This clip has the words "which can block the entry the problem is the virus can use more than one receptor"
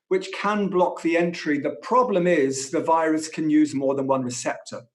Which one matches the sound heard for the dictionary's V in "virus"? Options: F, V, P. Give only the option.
V